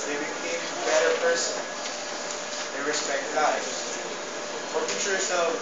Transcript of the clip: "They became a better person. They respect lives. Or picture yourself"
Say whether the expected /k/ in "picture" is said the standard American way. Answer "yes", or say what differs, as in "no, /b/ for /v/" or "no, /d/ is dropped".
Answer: no, /k/ is dropped